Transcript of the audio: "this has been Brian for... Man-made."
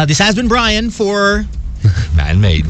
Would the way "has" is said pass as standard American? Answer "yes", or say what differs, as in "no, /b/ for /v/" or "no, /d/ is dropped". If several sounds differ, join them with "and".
yes